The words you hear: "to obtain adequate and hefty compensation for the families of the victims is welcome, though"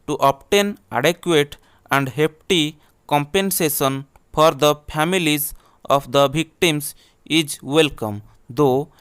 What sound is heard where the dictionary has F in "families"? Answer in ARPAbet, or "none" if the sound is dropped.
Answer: P